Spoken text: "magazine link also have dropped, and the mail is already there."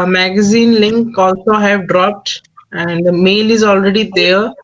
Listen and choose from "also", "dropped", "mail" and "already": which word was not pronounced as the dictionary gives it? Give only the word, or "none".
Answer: none